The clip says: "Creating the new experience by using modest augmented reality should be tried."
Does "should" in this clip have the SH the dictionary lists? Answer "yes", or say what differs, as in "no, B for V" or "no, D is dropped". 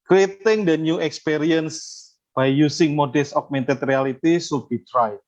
no, S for SH